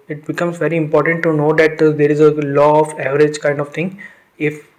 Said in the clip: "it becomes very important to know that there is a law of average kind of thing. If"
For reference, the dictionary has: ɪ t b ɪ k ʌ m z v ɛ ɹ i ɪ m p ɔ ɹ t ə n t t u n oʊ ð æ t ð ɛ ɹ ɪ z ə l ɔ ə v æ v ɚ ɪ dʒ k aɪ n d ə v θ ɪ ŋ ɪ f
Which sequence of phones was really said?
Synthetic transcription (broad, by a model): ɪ t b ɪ k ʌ m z v ɛ ɹ i ɪ m p ɔ ɹ t ə n t t u n oʊ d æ t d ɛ ɹ ɪ z ə l ɔ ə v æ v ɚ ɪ dʒ k aɪ n d ə v t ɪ ŋ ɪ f